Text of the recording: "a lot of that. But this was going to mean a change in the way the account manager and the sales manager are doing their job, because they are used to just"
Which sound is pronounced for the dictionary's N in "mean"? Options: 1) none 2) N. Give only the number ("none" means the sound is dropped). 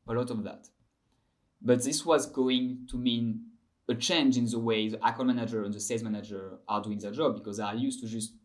2